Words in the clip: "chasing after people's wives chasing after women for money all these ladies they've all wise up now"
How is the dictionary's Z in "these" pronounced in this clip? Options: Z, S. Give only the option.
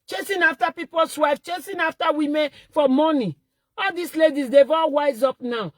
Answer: S